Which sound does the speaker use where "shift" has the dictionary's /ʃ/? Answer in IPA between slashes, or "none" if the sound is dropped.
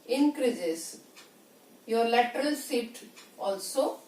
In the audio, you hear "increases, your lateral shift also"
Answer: /s/